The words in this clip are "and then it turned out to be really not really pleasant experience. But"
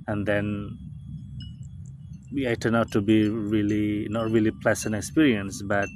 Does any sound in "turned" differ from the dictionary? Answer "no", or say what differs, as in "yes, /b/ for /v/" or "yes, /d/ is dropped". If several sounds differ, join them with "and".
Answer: yes, /d/ is dropped